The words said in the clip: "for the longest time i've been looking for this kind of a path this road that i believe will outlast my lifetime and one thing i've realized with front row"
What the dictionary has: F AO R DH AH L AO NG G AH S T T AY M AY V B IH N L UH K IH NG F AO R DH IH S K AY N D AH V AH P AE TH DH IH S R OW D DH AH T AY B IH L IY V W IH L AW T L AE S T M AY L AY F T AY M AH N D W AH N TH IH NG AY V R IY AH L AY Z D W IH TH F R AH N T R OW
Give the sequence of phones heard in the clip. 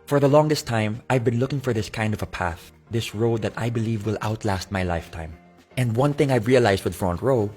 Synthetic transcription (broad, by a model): F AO R DH AH L AO NG G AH S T T AY M AY V B IH N L UH K IH NG F AO R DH IH S K AY N D AH V AH P AE TH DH IH S R OW D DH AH T AY B IH L IY V W IH L AW T L AE S T M AY L AY F T AY M AH N D W AH N TH IH NG AY V R IY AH L AY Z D W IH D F R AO N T R OW